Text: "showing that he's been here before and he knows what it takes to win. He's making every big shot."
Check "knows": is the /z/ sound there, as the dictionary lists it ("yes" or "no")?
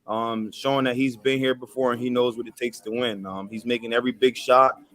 yes